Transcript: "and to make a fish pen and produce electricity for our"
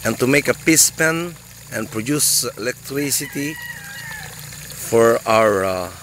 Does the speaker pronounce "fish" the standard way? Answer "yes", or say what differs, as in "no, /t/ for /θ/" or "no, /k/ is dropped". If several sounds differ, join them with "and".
no, /p/ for /f/ and /s/ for /ʃ/